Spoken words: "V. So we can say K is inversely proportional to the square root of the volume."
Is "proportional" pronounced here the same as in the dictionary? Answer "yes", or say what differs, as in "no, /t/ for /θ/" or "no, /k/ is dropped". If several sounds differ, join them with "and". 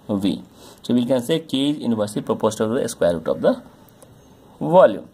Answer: no, /ʃ/ is dropped